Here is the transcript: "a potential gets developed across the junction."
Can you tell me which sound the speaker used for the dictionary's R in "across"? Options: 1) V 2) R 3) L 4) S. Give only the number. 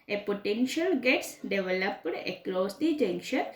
3